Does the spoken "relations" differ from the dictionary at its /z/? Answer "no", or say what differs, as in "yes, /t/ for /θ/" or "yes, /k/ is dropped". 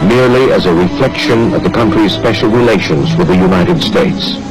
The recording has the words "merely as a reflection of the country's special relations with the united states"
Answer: no